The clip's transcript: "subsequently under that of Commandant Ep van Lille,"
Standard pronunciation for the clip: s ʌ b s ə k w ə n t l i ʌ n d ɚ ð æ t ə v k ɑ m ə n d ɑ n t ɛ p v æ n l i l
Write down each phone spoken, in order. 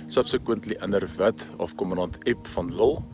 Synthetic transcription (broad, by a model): s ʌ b s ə k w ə n t l i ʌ n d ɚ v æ t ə f k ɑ m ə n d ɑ n t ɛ p f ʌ n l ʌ l